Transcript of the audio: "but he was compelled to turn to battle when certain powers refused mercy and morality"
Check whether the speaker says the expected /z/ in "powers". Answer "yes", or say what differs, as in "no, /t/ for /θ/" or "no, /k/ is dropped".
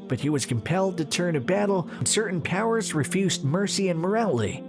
yes